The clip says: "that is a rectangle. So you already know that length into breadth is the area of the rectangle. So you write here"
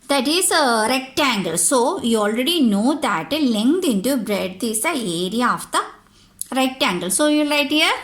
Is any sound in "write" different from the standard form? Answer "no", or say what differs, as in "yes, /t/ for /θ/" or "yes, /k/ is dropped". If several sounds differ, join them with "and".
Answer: yes, /l/ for /ɹ/